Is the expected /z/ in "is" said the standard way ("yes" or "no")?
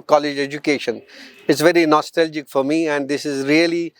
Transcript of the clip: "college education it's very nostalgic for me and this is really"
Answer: yes